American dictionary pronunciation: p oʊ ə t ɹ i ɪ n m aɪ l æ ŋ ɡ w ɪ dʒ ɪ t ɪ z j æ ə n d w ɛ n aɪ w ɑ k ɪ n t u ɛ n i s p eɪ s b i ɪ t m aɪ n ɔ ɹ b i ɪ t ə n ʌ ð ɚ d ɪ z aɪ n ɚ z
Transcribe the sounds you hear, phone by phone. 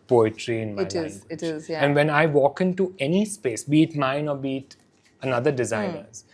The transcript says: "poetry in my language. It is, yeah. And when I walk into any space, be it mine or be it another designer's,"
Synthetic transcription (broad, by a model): p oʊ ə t ɹ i ɪ n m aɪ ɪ ɪ t ɪ z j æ ə n d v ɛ n aɪ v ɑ k ɪ n t u ɛ n i s p eɪ s b i t m aɪ n ɔ ɹ b i t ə n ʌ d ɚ d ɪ z aɪ n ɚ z